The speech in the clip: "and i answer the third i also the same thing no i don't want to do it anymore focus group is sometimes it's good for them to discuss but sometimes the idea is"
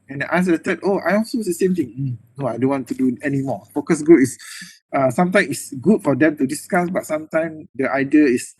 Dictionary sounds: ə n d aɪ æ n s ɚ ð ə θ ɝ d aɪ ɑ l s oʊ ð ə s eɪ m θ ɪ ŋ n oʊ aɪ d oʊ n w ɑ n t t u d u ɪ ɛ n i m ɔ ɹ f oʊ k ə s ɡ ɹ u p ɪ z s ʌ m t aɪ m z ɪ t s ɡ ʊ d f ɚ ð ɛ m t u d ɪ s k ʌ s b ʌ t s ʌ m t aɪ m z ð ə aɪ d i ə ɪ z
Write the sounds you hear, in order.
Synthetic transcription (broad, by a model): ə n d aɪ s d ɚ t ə t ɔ aɪ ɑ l s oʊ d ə s eɪ m t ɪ ŋ n oʊ aɪ d oʊ n w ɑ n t t u d u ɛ n i m ɔ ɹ f oʊ k ə s ɡ ɹ u p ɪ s s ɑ m t aɪ m ɪ t s ɡ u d f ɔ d ɛ m t u d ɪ s k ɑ s b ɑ t s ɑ m t aɪ m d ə aɪ d i ə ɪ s